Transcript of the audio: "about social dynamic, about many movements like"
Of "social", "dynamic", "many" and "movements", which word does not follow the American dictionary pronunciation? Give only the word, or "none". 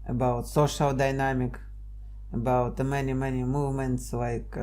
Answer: none